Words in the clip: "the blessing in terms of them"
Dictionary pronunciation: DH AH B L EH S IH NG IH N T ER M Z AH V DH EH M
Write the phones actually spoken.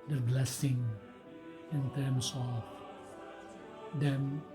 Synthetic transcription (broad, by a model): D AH B L EH S IH NG IH N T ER M S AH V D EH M